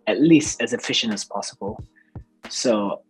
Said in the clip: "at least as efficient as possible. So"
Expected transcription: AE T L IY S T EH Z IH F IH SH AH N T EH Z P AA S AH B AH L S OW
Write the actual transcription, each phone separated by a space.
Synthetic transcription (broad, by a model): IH T L IY S T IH Z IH F IH SH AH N AH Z P AA S AH B AH L S OW